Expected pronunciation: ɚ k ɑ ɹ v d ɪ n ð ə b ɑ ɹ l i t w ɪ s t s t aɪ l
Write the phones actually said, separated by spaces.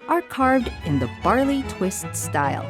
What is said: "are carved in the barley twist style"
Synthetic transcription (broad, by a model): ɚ k ɑ ɹ v d ɪ n ð ə b ɑ ɹ l i t w ɪ s t s t aɪ l